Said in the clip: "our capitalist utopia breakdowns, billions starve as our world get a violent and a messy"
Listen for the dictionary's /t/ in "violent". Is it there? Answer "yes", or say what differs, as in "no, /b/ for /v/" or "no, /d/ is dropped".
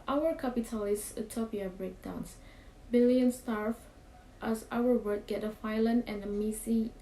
no, /t/ is dropped